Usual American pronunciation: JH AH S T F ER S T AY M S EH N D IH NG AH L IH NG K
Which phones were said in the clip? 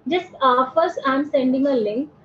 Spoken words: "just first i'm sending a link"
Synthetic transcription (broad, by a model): JH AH S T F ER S AY M S EH N D IH NG AH L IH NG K